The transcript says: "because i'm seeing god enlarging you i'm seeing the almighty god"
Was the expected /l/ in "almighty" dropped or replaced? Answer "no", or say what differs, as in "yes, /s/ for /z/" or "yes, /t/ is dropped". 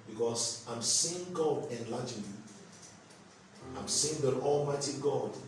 no